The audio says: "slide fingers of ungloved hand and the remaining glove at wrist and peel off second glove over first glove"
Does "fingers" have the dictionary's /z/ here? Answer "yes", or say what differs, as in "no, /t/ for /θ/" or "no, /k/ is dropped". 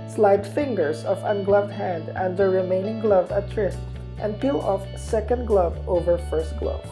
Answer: no, /s/ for /z/